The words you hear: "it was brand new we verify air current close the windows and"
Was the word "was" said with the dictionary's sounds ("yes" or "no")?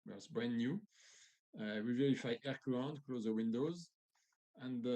no